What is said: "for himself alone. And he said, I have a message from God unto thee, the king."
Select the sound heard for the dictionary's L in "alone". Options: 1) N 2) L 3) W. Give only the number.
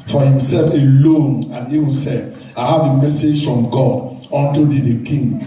2